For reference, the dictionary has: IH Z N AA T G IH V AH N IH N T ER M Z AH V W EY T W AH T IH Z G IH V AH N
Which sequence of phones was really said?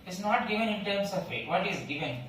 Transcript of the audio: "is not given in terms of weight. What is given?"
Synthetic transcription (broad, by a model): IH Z N AA T G IH V AH N IH N T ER M S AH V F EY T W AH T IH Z G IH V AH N